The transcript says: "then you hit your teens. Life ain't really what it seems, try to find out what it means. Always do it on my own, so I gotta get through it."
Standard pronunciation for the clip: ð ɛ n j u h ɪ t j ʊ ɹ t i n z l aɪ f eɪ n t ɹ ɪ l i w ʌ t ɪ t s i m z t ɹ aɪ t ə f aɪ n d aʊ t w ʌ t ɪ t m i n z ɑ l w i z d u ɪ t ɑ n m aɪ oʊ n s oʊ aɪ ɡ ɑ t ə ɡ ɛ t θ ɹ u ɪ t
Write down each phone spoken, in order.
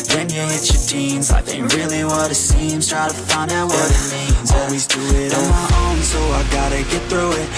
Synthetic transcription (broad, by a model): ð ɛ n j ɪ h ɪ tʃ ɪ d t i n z aɪ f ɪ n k ɹ ɪ l i w ʌ t ɪ t s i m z t ɹ aɪ t ə f aɪ n d aʊ t w ʌ t ɪ t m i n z ɑ l w i z d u ɪ t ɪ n m aɪ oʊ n s oʊ aɪ ɡ ɑ t ə ɡ ɛ t θ ɹ u ɪ t